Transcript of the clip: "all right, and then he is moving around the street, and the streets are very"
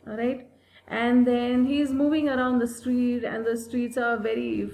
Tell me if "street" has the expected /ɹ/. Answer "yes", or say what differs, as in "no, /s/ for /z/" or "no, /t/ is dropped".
yes